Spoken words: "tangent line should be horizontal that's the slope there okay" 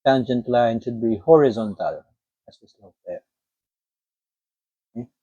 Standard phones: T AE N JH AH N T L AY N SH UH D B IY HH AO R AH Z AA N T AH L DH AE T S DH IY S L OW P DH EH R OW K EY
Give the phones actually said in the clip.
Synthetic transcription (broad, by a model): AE N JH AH N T L AY N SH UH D B IY HH AO R AH Z AA N T AH L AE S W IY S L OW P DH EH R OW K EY